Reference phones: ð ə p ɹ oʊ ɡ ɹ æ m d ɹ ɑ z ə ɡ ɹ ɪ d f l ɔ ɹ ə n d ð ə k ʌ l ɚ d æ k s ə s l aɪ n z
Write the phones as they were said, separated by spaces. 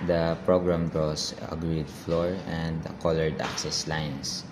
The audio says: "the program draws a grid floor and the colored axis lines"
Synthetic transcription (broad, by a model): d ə p ɹ oʊ ɡ ɹ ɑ m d ɹ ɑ s ə ɡ ɹ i d f l ɔ ɹ ə n d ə k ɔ l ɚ d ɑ k s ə s l aɪ n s